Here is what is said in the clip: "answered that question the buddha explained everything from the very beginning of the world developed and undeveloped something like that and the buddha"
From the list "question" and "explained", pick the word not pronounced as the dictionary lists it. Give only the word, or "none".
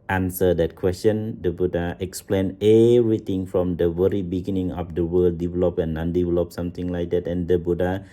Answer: explained